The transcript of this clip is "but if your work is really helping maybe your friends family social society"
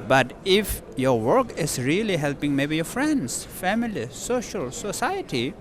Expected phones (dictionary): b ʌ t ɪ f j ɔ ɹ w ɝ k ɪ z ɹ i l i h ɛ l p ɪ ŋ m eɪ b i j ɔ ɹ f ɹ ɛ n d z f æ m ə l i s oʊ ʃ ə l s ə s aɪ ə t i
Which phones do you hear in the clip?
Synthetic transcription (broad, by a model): b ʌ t ɪ f j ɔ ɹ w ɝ k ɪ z ɹ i l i h ɛ l p ɪ ŋ m eɪ b i j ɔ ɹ f ɹ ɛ n d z f æ m ə l i s oʊ ʃ ə l s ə s aɪ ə t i